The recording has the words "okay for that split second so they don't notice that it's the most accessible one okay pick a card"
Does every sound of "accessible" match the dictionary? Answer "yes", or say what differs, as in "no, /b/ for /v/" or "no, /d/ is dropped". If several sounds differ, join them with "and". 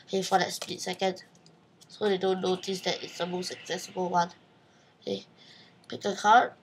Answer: yes